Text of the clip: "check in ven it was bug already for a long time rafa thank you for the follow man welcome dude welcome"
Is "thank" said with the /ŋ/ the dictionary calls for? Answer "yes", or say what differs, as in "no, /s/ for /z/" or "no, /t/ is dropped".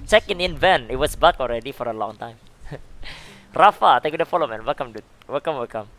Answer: no, /ŋ/ is dropped